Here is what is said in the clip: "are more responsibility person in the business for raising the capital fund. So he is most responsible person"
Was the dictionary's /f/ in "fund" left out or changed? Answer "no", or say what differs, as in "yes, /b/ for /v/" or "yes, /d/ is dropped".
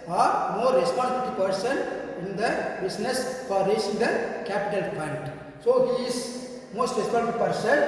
yes, /p/ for /f/